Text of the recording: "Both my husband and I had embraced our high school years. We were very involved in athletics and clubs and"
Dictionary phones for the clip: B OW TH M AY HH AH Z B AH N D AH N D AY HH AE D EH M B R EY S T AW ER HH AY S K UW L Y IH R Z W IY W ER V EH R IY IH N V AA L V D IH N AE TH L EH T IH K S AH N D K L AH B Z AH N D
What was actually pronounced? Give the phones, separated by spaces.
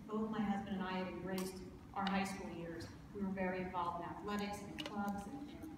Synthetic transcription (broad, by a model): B OW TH M AY HH AH Z B AH N D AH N AY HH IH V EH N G R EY S T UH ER HH AY S K UW L Y IH R Z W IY W ER V EH R IY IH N V AA L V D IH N AE TH L EH T IH K S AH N K L AH B Z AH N